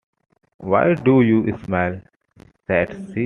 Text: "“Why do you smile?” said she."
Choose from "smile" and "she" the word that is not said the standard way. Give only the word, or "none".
she